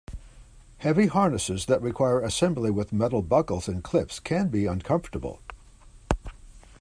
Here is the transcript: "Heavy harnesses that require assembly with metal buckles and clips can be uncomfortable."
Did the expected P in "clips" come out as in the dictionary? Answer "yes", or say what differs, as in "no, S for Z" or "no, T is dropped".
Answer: no, F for P